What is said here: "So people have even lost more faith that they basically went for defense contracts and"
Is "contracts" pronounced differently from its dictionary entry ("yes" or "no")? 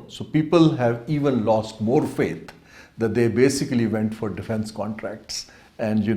no